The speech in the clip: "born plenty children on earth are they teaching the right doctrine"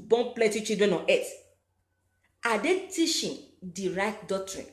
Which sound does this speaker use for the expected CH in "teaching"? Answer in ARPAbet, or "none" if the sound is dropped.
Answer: SH